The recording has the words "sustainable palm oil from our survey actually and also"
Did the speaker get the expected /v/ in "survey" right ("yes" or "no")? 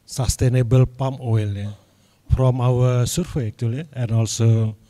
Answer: no